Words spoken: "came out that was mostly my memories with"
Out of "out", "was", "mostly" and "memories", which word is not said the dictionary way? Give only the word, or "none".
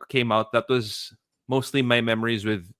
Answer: none